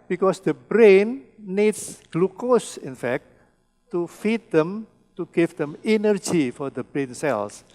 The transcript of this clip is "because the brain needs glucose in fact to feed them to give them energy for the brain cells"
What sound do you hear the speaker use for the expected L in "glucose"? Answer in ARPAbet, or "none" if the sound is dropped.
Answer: L